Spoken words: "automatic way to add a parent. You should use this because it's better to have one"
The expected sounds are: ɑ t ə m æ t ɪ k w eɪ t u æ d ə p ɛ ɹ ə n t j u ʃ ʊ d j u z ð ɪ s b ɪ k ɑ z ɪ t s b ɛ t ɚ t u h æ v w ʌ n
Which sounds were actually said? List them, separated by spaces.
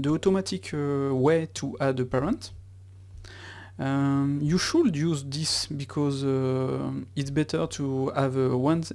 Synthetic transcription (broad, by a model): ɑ t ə m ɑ t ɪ k w eɪ t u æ d ə p ɛ ɹ ə n t j u ʃ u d j u z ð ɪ s b ɪ k ɑ z ɪ t s b ɛ t ɚ t u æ v w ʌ n